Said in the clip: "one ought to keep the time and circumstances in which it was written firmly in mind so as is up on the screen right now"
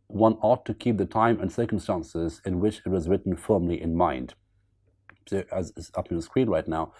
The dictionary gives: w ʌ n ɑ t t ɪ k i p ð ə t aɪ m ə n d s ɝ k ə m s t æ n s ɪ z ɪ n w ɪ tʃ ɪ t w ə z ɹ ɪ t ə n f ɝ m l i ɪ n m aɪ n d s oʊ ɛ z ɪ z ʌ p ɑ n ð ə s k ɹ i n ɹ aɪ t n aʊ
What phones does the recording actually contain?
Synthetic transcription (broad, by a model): w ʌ n ɑ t t ɪ k i p ð ə t aɪ m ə n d s ɝ k ə m s t æ n s ɪ z ɪ n w ɪ tʃ ɪ t w ə z ɹ ɪ t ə n f ɝ m l i ɪ n m aɪ n d s oʊ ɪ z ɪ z ʌ p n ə s k ɹ i n ɹ aɪ t n aʊ